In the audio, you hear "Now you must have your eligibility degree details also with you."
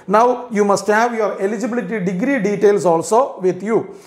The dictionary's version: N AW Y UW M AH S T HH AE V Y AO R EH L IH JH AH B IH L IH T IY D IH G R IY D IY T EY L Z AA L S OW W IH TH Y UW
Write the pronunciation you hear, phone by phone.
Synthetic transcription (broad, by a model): N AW Y UW M AH S T HH AE V Y AO R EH L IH JH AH B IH L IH T IY D IH G R IY D IY T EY L S AA L S OW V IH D Y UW